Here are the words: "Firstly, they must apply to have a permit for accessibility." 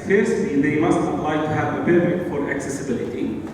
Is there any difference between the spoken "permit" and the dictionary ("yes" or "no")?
yes